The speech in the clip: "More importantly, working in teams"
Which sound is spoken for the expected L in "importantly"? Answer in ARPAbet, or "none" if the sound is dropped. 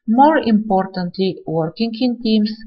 L